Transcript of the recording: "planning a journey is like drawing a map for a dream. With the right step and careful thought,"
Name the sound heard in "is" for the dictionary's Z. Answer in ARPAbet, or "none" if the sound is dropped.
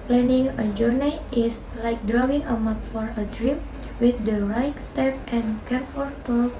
S